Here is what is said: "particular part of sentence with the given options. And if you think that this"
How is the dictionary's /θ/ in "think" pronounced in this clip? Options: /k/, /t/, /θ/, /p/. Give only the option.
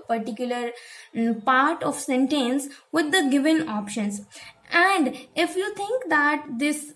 /t/